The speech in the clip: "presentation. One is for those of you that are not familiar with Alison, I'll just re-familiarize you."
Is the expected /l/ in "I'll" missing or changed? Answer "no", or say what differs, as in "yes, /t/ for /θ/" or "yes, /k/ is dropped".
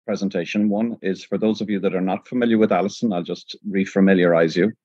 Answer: no